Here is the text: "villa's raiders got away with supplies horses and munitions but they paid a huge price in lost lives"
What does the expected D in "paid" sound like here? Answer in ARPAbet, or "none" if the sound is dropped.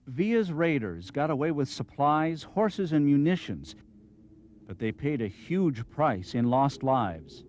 D